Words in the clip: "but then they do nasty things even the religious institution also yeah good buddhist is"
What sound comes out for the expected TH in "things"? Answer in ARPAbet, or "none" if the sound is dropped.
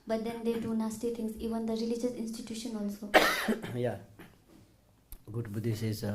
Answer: T